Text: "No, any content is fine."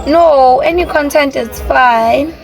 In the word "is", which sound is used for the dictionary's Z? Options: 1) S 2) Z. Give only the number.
1